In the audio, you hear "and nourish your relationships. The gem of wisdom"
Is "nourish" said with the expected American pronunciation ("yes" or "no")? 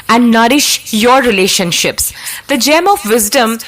yes